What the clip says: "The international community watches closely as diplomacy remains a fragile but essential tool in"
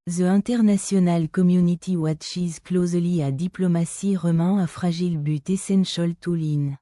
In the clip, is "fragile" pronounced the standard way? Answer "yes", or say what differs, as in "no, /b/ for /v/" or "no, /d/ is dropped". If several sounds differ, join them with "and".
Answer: no, /ʒ/ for /dʒ/